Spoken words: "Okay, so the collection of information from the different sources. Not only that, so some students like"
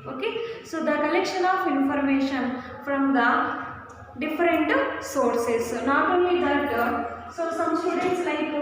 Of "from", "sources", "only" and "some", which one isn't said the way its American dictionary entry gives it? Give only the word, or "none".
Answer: sources